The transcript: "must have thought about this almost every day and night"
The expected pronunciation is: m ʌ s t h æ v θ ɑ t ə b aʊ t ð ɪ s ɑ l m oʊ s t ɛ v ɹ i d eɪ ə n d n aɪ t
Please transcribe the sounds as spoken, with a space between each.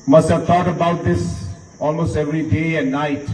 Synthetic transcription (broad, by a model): m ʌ s t h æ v t ɑ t ə b aʊ t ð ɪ s ɑ l m oʊ s t ɛ v ɹ i d eɪ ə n n aɪ t